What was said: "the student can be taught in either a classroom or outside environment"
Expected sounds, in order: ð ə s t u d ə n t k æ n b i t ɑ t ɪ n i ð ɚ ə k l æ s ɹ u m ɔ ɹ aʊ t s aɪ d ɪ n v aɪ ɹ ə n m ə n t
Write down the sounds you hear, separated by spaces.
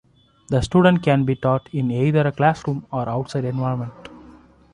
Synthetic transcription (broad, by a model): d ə s t u d ə n t k æ n b i t ɑ t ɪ n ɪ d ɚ ə k l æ s ɹ u m ɔ ɹ aʊ t s aɪ d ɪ n v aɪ ə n m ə n t